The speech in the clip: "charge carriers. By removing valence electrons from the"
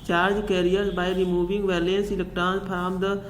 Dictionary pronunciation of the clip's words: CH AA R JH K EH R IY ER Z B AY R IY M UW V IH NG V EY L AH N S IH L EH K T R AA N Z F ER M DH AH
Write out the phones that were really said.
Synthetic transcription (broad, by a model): CH AA R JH K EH R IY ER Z B AY R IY M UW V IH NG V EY L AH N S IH L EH K T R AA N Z P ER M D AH